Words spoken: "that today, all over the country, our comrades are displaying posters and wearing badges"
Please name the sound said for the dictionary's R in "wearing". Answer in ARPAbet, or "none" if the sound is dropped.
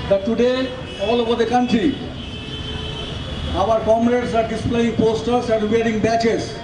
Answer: R